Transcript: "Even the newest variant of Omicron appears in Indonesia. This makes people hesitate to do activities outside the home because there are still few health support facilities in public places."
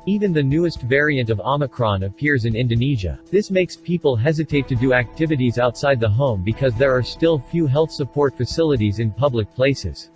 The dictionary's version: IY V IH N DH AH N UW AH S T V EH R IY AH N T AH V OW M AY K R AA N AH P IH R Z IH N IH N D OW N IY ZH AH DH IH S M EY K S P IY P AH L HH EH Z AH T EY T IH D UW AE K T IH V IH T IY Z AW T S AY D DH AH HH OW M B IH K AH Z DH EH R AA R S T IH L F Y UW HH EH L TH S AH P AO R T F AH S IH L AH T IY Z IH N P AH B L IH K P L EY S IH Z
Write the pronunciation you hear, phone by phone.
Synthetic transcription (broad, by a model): IY V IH N DH AH N UW AH S T V EH R IY AH N T AH V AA M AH K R AA N AH P IH R Z IH N IH N D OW N IY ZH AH DH IH S M EY K S P IY P AH L HH EH Z AH T EY T IH D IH AE K T IH V IH T IY Z AW T S AY D DH AH HH OW M B IH K AH Z DH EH R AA R S T IH L F Y UW HH EH L TH S AH P AO R T F AH S IH L AH T IY Z IH N P AH B L IH K P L EY S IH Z